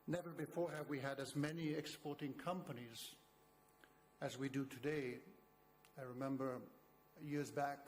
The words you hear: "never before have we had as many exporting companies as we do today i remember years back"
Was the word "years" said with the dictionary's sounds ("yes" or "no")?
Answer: yes